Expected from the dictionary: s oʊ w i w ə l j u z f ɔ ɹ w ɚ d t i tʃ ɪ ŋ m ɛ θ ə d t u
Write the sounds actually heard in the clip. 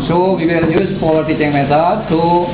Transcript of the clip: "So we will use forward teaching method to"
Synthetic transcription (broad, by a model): s oʊ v i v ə l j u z p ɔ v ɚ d t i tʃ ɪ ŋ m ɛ s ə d t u